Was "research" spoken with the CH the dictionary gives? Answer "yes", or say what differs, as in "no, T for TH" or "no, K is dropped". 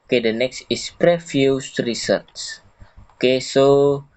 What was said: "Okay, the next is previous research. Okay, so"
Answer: no, S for CH